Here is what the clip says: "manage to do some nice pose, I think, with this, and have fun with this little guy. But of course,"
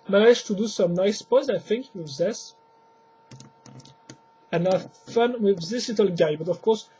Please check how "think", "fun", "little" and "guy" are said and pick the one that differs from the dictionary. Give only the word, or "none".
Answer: none